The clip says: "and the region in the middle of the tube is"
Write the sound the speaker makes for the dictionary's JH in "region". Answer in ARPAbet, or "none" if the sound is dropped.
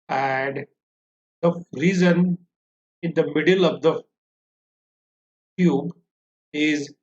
Z